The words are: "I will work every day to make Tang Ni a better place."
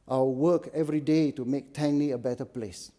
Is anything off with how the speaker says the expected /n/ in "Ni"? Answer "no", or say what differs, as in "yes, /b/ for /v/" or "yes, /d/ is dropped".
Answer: yes, /l/ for /n/